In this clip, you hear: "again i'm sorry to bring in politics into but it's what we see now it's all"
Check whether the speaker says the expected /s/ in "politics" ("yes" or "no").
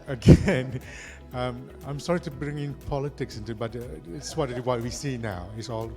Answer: yes